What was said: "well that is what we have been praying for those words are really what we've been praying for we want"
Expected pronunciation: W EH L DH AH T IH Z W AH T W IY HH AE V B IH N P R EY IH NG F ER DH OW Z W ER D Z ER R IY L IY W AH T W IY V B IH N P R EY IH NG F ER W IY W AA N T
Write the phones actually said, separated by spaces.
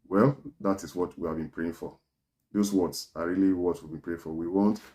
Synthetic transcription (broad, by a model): W EH L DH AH T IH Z W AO T W IY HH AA V B IH N P R EY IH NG F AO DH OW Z W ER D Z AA R IY L IY W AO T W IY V B IH N P R EY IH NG F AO W IY W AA N T